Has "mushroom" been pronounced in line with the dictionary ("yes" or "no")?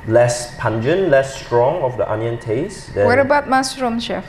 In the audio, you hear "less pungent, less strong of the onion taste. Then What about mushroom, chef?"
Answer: no